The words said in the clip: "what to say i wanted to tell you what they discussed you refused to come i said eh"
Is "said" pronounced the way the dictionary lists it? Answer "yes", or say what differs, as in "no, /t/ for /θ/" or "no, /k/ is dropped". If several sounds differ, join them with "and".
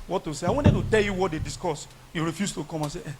no, /d/ is dropped